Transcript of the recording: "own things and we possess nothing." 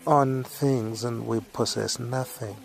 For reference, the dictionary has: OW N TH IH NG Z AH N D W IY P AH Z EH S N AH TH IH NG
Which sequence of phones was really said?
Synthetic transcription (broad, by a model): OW N TH IH NG Z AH N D W IY P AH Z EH S N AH TH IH NG